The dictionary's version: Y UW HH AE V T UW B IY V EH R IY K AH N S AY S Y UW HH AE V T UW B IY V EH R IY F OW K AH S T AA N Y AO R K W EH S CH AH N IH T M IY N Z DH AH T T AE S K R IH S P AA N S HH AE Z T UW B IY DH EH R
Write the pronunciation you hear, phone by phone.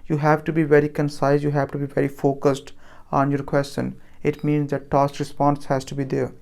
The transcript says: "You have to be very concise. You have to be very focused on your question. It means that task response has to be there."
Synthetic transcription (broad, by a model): Y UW HH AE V T UW B IY V EH R IY K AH N S AY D Y UW HH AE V T UW B IY V EH R IY F OW K AH S T AA N Y AO R K W EH S CH AH N IH T M IY N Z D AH T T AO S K R IH S P AA N S HH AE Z T UW B IY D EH R